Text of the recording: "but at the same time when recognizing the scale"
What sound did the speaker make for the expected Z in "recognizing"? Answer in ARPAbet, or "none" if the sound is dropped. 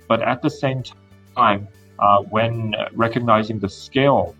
Z